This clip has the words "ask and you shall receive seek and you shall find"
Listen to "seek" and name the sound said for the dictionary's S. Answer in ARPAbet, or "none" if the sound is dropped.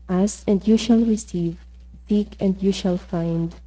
TH